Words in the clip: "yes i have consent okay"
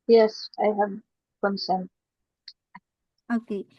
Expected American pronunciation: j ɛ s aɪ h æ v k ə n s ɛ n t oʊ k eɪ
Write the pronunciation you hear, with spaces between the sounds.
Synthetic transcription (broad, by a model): j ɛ s aɪ h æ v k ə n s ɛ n oʊ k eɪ